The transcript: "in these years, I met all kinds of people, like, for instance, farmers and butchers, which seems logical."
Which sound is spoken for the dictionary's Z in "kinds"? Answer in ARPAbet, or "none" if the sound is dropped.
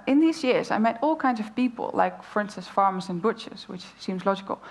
Z